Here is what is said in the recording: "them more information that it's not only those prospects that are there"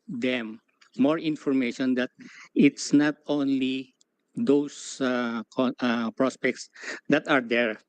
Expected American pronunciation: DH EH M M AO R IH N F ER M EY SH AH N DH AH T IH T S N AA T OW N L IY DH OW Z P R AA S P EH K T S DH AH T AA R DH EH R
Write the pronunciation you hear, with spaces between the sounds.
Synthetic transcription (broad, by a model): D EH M M AO R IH N F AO M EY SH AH N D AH T IH T S N AA T OW N L IY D OW S P R AA S P EH K T S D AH T AA R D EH R